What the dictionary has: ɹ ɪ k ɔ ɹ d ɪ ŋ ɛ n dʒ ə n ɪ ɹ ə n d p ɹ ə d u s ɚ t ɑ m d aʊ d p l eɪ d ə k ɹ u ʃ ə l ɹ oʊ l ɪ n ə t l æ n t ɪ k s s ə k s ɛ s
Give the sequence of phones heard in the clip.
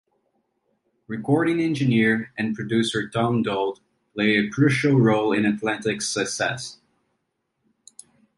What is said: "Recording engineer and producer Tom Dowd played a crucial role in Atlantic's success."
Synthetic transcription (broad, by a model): ɹ ɪ k ɔ ɹ d ɪ ŋ ɛ n dʒ ə n ɪ ɹ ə n p ɹ ə d u s ɚ t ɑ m d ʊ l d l eɪ ə k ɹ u ʃ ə l ɹ oʊ l ɪ n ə t l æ n t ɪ k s s ə k s ɛ s